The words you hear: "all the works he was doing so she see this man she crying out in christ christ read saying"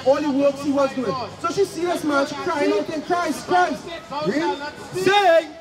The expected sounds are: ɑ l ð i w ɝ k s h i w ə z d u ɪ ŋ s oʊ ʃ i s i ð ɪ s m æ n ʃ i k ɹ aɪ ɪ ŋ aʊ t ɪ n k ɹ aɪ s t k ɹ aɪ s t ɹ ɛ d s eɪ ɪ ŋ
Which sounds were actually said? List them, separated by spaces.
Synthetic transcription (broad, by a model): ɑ l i w ɝ k s h i w ə z d u ɪ ŋ s oʊ ʃ i s i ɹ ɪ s m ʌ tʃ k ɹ aɪ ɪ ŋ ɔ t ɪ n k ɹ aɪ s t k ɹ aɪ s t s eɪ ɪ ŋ